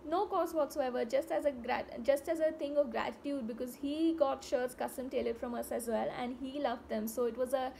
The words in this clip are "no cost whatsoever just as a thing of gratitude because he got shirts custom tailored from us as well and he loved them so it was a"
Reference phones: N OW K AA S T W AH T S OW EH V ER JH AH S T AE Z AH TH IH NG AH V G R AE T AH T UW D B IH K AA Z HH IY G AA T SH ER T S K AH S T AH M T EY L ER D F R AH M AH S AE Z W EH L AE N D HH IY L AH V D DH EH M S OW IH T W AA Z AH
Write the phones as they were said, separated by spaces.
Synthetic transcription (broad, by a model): N OW K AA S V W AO T S OW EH V ER JH AH S T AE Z AH S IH NG AH V G R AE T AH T UW D B IH K AA Z HH IY G AA T SH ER T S K AH S T AH M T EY L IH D F R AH M AH S AE Z W EH L AE N D HH IY L AH V D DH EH M S OW IH T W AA Z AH